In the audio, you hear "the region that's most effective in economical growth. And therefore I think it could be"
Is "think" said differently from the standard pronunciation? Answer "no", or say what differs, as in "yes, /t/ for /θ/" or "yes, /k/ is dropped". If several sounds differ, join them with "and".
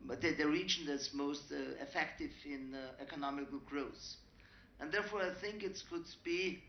no